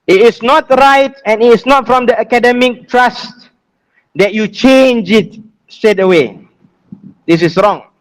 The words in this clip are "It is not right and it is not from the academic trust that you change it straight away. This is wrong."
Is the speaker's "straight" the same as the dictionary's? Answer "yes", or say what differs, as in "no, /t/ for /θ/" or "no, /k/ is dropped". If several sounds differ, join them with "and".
no, /ɹ/ is dropped